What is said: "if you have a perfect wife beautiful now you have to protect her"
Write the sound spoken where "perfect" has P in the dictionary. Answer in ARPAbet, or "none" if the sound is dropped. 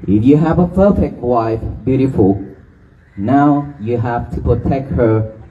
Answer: F